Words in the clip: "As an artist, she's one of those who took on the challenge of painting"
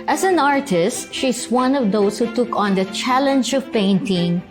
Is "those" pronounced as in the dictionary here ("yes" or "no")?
no